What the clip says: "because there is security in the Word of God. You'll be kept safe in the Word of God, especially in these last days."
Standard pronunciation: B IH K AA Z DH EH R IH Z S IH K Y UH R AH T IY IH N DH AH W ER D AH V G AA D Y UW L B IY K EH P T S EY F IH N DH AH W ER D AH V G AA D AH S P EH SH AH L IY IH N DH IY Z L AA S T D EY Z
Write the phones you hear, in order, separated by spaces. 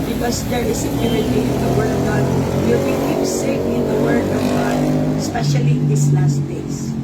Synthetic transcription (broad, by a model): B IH K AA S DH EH R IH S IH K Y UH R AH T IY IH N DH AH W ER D AH V G AA D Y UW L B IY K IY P S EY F IH N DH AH W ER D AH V G AA D S P EH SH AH L IY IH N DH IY S L AA S T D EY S